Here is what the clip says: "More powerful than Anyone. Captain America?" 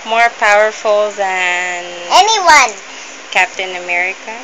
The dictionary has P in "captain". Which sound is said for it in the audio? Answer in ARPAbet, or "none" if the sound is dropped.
P